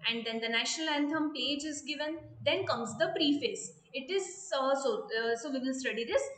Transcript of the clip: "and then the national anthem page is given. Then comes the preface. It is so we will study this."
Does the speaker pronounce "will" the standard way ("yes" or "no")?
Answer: no